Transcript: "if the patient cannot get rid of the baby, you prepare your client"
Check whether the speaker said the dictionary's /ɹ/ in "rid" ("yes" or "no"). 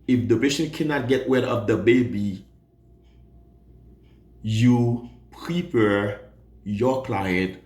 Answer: no